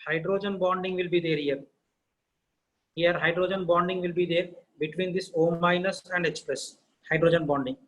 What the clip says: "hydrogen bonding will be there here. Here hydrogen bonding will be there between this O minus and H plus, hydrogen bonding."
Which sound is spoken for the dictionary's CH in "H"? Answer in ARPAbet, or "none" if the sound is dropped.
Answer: S